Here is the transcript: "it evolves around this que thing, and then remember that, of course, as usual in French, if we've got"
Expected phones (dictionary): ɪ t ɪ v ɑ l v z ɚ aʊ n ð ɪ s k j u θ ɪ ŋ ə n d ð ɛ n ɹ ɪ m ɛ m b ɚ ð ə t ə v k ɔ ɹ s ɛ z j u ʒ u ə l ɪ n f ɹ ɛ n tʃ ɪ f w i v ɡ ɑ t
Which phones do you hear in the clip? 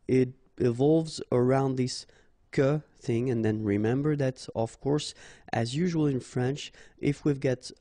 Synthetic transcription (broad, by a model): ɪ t ɪ v ɑ l v z ɚ aʊ n ð ɪ s k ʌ θ ɪ ŋ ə n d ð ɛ n ɹ ɪ m ɛ m b ɚ ð ə t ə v k ɔ ɹ s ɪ z j u ʒ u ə l ɪ n f ɹ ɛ n tʃ ɪ f w i v ɡ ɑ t